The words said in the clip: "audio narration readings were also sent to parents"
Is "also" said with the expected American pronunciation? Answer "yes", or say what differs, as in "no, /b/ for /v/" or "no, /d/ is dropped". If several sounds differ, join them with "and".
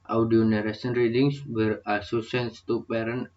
no, /l/ is dropped